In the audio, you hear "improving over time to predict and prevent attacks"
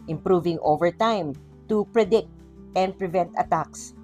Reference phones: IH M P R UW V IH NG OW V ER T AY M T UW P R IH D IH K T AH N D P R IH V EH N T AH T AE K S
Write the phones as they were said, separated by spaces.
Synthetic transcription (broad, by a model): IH M P R UW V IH NG OW V ER T AY M T UW P R IH D IH K T AH N D P R IH V EH N T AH T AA K S